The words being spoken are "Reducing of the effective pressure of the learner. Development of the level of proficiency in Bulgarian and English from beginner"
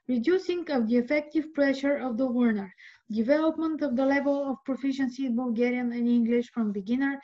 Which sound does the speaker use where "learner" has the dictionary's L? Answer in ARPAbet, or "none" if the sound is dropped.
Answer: W